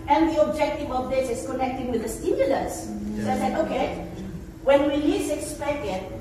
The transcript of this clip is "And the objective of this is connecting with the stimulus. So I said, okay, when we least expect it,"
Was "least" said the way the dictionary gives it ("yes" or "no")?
no